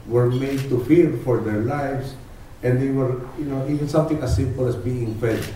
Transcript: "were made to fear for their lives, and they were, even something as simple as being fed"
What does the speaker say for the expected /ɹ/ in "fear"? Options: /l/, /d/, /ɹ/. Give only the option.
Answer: /l/